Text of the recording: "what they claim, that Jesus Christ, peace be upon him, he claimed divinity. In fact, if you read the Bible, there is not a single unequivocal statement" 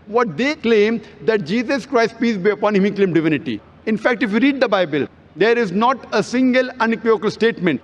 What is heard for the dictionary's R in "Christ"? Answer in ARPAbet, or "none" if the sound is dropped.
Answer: R